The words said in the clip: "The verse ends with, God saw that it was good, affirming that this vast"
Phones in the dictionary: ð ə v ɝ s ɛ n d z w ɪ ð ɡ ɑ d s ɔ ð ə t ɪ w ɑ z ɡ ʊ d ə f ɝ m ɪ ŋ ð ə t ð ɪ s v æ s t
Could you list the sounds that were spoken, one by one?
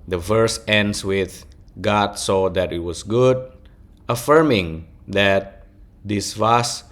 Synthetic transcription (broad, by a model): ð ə v ɝ s ɛ n d s w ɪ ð ɡ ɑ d s ɔ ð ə t ɪ w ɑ s ɡ ʊ d ə f ɝ m ɪ ŋ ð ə t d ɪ s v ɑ s